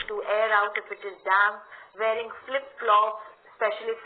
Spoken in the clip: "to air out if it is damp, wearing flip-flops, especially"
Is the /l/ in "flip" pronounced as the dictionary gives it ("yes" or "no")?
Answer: yes